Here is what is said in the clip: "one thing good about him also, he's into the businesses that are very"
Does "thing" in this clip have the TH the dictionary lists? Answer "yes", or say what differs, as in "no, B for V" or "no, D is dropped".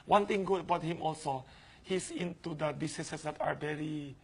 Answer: no, T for TH